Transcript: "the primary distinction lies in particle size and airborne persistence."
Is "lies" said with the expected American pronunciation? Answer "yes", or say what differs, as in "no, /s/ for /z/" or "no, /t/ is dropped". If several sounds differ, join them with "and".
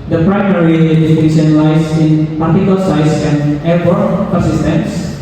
no, /s/ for /z/